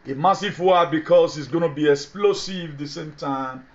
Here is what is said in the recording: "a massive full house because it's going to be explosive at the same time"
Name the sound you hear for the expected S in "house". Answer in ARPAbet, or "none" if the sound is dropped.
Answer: none